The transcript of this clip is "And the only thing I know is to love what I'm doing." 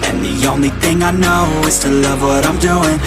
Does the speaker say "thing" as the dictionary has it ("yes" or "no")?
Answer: yes